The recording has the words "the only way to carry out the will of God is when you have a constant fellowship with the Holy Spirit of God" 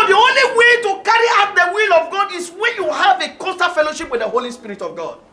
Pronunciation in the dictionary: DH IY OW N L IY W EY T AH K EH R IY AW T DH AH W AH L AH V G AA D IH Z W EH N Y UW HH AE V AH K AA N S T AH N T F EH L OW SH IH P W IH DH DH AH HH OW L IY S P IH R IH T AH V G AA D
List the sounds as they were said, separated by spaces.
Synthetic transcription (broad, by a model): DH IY OW N L IY W EY T AH K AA R IY AW T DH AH W AH L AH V G AA D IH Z W EH N Y UW HH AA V AH K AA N S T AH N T F EH L OW SH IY P W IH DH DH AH HH OW L IY S P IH R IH T AH V G AA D